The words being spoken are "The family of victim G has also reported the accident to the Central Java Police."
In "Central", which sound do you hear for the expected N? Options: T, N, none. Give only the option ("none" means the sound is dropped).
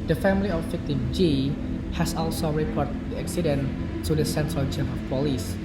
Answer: N